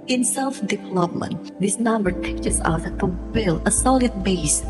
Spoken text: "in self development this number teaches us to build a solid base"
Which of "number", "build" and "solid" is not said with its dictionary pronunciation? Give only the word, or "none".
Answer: build